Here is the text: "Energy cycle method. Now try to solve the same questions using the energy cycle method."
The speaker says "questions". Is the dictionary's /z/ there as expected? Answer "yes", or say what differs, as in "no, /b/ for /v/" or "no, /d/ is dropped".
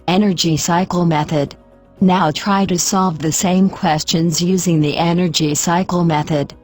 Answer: yes